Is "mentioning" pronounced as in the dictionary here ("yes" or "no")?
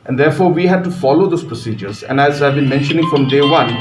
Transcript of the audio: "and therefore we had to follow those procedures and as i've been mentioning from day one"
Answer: yes